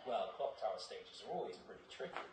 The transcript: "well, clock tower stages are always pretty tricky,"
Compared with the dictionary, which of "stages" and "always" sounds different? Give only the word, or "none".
none